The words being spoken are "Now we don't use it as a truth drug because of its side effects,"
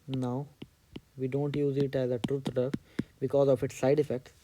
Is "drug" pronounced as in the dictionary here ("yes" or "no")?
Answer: no